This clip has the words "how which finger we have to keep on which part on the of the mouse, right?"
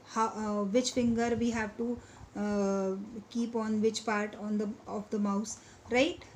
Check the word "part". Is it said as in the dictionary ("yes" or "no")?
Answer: yes